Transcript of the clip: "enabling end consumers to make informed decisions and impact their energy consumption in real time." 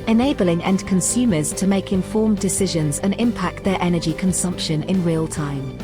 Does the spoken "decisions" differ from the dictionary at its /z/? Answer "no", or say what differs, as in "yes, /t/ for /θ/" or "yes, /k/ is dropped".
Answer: no